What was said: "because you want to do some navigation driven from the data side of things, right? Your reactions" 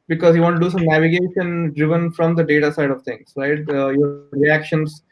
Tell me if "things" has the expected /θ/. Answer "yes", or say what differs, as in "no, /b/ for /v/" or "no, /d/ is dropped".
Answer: no, /t/ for /θ/